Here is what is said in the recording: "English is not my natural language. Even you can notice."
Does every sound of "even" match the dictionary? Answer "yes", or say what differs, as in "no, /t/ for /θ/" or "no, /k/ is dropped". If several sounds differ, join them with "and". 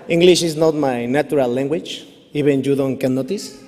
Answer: no, /b/ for /v/